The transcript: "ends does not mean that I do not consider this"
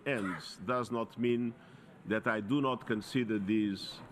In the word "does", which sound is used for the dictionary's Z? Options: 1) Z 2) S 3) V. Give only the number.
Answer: 1